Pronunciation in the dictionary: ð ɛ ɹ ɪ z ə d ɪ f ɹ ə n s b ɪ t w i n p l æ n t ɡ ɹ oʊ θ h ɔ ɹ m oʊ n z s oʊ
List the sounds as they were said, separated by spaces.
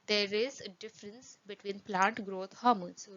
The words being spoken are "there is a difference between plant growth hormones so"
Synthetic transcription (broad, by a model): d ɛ ɹ ɪ z ə d ɪ f ɹ ə n s b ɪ t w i n p l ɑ n t ɡ ɹ oʊ t h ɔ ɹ m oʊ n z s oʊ